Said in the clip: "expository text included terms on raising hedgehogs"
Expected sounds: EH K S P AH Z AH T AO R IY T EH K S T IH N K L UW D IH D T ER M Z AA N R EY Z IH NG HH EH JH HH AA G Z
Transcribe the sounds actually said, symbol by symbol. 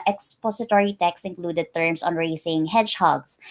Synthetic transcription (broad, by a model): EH K S P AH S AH T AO R IY T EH K S IH N K L UW D IH D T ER M S AA N R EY S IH NG HH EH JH HH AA G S